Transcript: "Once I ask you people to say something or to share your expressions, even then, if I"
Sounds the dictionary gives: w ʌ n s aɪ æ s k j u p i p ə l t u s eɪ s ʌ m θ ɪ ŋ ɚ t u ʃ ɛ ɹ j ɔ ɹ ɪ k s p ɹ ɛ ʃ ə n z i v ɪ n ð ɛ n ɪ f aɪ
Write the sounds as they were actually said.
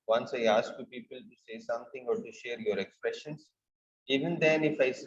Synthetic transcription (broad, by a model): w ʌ n s aɪ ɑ s k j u p i p ə l t u s eɪ s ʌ m t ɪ ŋ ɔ t u ʃ ɛ ɹ j ɔ ɹ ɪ k s p ɹ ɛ ʃ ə n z i v ɪ n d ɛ n ɪ f aɪ